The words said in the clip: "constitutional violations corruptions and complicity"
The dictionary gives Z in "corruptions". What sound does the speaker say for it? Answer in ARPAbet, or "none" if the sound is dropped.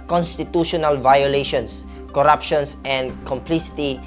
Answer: S